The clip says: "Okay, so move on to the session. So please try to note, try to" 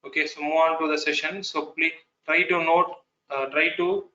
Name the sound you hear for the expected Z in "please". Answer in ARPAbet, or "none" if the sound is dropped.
none